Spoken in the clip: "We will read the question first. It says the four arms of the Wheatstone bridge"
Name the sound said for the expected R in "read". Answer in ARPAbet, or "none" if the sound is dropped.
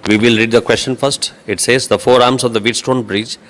R